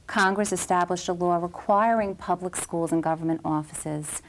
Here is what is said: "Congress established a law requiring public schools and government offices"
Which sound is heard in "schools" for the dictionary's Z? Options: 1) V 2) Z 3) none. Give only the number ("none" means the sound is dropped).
2